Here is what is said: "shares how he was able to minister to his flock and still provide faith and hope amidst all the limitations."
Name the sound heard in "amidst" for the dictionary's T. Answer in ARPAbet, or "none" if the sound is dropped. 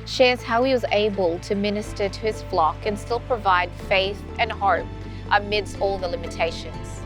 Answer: T